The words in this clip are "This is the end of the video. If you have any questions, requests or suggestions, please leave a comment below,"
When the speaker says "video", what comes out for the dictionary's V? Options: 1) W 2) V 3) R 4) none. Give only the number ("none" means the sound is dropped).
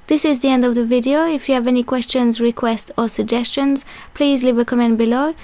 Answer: 2